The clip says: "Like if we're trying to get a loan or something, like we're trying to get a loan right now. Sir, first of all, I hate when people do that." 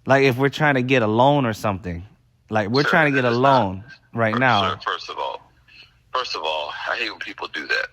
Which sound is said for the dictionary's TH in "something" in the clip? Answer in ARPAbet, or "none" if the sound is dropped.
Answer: TH